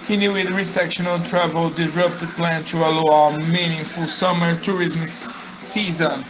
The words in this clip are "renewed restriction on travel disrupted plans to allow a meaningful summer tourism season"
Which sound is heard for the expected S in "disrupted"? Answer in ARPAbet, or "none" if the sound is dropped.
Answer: none